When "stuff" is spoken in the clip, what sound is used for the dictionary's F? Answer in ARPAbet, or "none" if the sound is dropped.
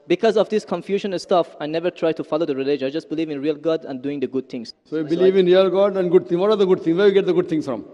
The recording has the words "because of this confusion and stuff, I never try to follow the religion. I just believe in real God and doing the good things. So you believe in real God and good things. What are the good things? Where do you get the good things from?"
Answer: F